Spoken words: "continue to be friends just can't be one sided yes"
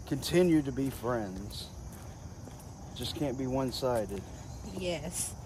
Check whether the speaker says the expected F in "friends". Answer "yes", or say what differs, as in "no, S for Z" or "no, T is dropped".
yes